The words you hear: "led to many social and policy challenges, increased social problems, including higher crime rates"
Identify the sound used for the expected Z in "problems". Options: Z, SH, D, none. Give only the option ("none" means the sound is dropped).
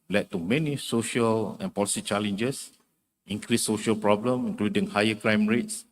none